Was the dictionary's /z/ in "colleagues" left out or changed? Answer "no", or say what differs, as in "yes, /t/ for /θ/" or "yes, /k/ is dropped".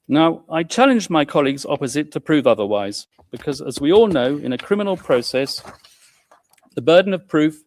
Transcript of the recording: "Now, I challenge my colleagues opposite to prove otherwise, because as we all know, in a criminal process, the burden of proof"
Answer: no